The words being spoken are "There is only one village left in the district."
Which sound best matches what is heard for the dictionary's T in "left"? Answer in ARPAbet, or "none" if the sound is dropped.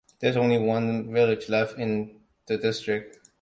none